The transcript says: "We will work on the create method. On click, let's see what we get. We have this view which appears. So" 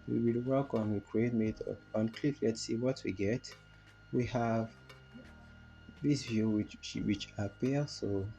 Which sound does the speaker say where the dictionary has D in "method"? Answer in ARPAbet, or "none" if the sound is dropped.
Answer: none